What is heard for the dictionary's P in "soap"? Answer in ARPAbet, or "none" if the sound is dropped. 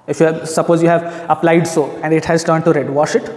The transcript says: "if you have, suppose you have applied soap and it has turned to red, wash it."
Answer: none